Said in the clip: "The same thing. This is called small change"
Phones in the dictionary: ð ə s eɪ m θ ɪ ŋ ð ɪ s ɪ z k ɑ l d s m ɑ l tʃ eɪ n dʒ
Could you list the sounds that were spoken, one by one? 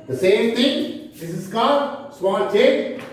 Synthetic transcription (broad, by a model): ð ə s eɪ m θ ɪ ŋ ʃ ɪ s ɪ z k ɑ d s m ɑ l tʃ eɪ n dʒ